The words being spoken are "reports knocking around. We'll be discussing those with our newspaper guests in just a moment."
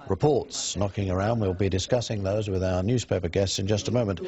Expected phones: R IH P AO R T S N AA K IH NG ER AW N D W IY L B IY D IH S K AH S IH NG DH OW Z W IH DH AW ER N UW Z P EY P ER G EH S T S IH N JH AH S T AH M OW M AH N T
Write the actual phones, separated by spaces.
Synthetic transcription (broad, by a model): R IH P AO R T S N AA K IH NG ER AW N D W IY L B IY D IH S K AH S IH NG DH OW Z W IH DH AW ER N UW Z P EY P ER G EH S T S IH N JH AH S T AH M OW M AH N T